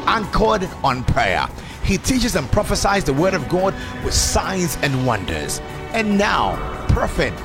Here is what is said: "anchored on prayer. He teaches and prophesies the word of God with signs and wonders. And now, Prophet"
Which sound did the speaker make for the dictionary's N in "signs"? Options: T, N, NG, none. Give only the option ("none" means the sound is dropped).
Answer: N